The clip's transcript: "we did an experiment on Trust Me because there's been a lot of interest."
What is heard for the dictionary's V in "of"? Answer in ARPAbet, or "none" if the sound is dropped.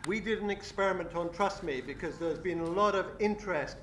V